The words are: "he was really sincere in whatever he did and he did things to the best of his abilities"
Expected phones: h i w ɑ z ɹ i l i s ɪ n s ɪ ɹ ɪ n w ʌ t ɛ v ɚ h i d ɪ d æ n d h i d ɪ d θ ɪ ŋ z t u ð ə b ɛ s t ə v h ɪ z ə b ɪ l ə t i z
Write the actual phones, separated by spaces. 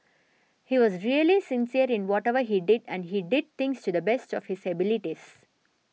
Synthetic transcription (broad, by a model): h i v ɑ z ɹ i l i s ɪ n s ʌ ɹ ɪ n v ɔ t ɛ v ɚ h i d ɪ d æ n d h i d ɪ d t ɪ ŋ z t u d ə b ɛ s t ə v h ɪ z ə b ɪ l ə t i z